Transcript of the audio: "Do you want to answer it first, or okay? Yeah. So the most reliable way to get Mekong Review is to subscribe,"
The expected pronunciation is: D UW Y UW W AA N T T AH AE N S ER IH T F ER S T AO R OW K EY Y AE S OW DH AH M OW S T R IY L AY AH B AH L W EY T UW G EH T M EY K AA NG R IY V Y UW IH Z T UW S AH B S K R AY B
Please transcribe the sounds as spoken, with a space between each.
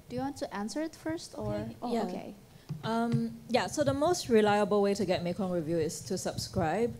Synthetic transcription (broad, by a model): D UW Y UW W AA N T T AH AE N S ER IH T F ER S T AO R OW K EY Y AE S OW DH AH M OW S T R IY L AY AH B AH L W EY T UW G EH T M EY K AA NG R IY V Y UW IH S T UW S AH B S K R AY B